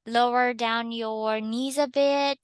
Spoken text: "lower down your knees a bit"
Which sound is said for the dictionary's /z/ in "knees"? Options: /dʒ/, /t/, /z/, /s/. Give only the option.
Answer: /z/